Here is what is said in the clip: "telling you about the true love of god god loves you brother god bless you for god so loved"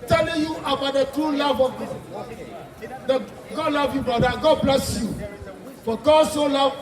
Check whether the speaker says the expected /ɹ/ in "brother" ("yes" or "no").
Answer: no